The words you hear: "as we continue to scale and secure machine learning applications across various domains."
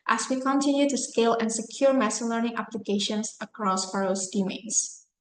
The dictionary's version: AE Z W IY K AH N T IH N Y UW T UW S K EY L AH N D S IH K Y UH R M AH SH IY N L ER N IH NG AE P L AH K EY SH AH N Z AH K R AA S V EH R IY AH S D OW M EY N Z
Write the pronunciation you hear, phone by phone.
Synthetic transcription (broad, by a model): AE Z W IY K AH N T IH N Y UW T UW S K EY L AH N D S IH K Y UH R M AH S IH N L ER N IH NG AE P L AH K EY SH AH N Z AH K R AA S F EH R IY S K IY M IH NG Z